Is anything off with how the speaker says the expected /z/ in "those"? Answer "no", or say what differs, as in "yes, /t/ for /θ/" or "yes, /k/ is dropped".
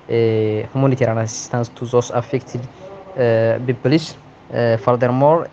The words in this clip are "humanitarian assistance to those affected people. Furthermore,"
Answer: yes, /s/ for /z/